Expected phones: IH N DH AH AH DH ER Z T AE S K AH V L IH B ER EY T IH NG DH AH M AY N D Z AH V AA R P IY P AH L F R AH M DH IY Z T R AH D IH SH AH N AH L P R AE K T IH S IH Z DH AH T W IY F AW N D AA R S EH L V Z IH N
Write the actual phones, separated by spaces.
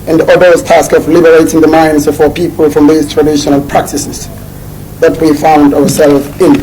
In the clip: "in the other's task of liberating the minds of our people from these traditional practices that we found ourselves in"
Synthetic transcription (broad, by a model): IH N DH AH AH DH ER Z T AE S K AH V L IH B ER EY T IH NG DH AH M AY N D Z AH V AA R P IY P AH L F R AH M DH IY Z T R AH D IH SH AH N AH L P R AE K T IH S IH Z DH AH T W IY F AW N D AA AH S EH L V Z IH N